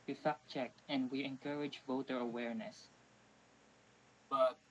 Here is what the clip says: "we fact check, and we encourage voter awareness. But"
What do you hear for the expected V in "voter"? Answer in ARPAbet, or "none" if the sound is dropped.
V